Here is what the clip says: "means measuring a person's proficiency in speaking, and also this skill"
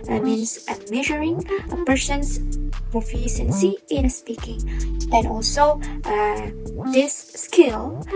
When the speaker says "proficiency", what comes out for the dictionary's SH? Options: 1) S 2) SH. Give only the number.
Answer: 1